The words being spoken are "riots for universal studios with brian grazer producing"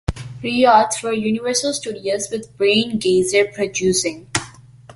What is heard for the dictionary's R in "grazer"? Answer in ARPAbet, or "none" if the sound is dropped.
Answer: none